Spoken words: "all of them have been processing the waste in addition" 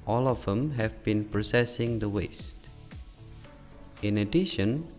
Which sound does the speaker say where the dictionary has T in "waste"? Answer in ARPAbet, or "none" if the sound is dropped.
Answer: T